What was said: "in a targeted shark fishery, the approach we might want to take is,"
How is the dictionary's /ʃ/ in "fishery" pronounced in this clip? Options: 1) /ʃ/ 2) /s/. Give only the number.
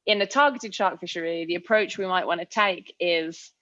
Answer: 1